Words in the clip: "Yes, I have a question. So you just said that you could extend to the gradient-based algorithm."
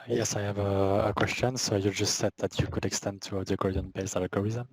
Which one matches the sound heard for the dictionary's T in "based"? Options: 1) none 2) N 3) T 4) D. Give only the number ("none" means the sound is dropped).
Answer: 1